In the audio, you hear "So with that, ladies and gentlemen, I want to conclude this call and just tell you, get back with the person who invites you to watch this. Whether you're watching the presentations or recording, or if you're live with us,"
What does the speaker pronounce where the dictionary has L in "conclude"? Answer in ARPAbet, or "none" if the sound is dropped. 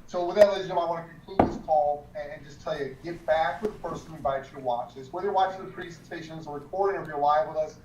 none